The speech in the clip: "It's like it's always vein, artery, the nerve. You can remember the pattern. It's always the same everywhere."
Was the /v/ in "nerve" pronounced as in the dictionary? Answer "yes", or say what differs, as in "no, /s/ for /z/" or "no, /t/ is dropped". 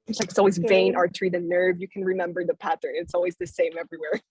yes